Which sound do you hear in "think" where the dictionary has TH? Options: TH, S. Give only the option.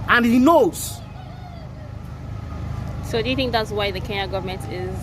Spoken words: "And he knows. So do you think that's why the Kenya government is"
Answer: TH